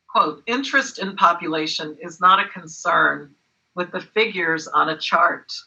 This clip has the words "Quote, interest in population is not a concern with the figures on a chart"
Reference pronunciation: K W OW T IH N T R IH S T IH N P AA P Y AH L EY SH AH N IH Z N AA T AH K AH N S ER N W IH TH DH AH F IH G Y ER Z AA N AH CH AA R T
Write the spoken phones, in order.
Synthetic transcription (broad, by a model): K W OW T IH N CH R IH S T IH N P AA P Y AH L EY SH AH N IH Z N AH T AH K AH N S ER N W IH DH AH F IH G Y ER Z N AH CH AA R T